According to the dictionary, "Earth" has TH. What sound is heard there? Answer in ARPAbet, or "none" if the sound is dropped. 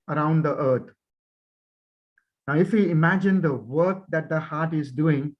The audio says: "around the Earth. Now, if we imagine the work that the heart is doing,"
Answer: T